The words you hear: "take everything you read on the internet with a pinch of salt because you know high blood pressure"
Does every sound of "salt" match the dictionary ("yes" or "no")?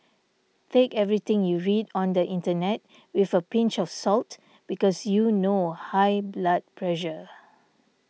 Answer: yes